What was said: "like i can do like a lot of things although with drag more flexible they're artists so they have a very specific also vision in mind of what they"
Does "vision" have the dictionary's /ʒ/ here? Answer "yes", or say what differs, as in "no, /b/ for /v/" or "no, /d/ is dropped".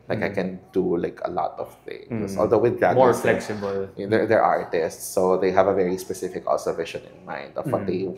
no, /ʃ/ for /ʒ/